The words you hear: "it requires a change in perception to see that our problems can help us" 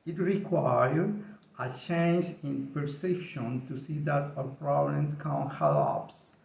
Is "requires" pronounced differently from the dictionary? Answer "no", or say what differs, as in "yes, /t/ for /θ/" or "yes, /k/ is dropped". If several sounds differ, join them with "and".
yes, /z/ is dropped